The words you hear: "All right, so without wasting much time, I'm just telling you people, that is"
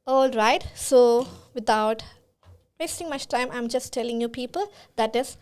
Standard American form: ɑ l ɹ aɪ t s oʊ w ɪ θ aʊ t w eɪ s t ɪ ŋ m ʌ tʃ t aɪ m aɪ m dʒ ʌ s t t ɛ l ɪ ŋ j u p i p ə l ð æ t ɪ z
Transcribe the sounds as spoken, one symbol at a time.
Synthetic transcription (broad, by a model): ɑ l ɹ aɪ t s oʊ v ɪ t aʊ t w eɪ s t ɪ ŋ m ʌ tʃ t aɪ m aɪ m dʒ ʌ s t t ɛ l ɪ ŋ j u p i p ə l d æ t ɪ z